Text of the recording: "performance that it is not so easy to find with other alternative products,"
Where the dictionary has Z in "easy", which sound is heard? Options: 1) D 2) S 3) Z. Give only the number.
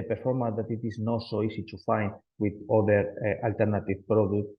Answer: 2